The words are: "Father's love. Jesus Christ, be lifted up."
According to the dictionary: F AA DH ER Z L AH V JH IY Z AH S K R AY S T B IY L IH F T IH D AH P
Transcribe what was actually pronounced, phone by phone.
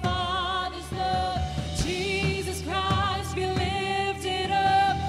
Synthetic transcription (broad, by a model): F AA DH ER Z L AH JH IY Z AH S K R AY S T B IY L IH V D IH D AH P